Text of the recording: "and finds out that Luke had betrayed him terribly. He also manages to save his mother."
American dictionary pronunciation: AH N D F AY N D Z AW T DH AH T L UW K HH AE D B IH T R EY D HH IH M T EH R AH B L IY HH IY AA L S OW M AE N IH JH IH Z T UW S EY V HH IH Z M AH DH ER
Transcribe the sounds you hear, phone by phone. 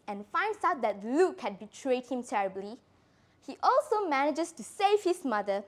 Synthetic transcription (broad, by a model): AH N F AY N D S AW T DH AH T L UW K HH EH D B IH T R EY D HH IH M T EH R AH B L IY HH IY AA L S OW M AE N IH JH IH S T UW S EY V HH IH S M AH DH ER